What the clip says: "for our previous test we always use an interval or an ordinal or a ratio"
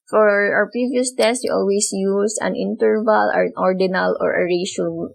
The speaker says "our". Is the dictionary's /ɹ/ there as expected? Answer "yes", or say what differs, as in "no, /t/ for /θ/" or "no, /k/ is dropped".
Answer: no, /w/ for /ɹ/